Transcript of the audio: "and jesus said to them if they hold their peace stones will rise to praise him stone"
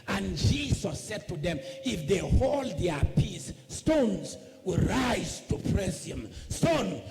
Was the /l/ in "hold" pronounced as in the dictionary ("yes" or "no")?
yes